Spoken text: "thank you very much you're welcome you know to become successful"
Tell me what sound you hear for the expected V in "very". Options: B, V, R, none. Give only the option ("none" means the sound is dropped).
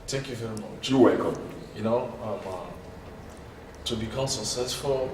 V